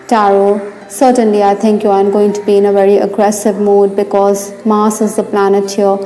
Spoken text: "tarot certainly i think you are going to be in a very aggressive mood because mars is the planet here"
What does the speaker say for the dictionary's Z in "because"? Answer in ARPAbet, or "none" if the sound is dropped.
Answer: Z